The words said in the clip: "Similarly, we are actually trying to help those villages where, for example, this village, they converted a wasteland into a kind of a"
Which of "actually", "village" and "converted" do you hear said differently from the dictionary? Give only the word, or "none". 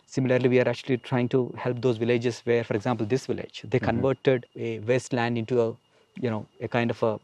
none